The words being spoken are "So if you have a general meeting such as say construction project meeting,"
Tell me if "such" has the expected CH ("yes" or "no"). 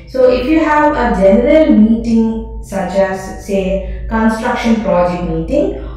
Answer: yes